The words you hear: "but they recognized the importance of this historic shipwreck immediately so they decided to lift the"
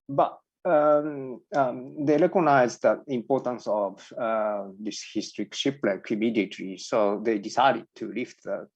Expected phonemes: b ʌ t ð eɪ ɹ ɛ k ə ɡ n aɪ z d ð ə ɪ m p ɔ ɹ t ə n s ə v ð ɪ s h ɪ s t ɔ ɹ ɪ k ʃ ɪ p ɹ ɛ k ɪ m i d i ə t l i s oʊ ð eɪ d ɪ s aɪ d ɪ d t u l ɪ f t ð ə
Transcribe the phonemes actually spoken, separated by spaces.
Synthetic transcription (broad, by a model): b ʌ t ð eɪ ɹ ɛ k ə n aɪ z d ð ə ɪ m p ɔ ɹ t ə n s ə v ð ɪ s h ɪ s t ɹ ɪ k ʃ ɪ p l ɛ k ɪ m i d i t i s oʊ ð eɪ d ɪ s aɪ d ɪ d t u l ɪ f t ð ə